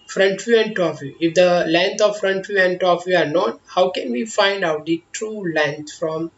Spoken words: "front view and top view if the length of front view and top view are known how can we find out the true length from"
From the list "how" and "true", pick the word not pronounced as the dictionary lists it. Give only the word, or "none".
none